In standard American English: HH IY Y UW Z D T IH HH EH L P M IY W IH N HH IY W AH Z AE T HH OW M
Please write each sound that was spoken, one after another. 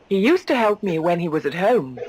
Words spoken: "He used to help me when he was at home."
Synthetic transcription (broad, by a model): HH IY Y UW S T IH HH EH L P M IY W IH N IY W AH Z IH T HH OW M